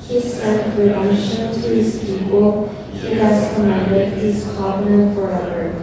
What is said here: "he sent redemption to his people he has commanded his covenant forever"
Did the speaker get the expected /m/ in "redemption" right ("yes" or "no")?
no